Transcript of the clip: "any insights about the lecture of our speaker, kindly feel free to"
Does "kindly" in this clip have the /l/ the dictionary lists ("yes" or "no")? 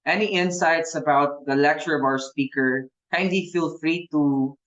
no